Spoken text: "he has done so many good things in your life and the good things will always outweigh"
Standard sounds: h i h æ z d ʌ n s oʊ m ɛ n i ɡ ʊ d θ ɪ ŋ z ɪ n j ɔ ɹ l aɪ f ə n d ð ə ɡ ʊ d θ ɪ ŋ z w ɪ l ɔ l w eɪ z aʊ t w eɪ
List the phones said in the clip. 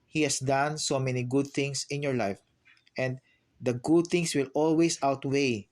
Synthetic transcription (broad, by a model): h i h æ s d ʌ n s oʊ m ɛ n i ɡ ʊ d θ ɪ ŋ s ɪ n j ɔ ɹ l aɪ f ə n d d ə ɡ ʊ d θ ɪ ŋ s w ɪ l ɔ l w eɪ s aʊ t w eɪ